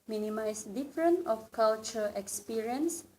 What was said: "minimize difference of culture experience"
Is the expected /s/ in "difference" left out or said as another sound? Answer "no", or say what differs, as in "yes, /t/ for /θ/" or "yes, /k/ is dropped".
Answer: yes, /s/ is dropped